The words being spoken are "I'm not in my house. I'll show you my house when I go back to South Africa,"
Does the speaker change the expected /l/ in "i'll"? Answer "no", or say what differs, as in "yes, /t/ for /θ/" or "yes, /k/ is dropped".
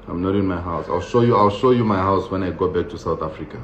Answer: no